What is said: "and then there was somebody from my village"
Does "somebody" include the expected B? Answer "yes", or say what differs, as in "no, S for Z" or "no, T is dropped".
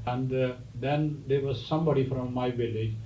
yes